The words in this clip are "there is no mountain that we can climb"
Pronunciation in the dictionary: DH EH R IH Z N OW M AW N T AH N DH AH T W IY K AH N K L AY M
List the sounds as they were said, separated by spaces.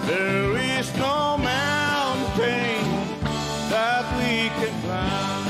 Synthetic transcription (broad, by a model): DH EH R IH Z N OW M AW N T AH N DH AH T W IY K AH N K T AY